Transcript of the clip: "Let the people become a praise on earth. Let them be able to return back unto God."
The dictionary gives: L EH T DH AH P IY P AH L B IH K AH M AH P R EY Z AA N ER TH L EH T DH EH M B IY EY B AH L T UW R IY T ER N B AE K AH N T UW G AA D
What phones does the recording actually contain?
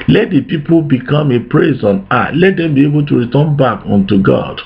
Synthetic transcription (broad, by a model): L EH T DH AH P IY P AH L B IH K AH M AH P R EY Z AA N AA T L EH T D EH M B IY EY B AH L T UW R IY T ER N B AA K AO N T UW G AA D